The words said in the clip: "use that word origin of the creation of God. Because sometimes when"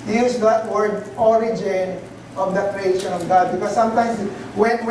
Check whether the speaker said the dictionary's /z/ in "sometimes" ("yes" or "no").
no